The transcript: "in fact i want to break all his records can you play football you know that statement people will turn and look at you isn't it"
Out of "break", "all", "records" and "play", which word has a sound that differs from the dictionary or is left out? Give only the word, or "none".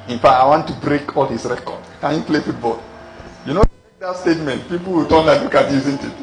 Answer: records